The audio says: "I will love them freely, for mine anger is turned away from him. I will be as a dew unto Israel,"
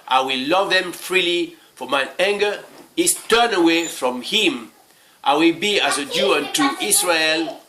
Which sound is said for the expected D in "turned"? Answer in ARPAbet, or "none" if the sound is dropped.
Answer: none